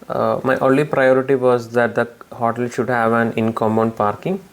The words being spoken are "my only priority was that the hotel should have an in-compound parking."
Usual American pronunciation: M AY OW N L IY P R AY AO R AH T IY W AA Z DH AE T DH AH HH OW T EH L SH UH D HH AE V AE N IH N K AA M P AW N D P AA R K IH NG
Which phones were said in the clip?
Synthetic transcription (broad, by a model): M AY OW N L IY P R AY AO R AH T IY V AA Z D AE T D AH HH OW T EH L SH UH D HH AE V AE N IH N K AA M B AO N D P AA R K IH NG